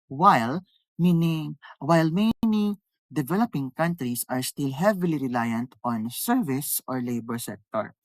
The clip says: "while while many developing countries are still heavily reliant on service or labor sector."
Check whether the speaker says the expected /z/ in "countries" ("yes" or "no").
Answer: no